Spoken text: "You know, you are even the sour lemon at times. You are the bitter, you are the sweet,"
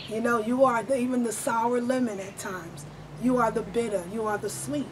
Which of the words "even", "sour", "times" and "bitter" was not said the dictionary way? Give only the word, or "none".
none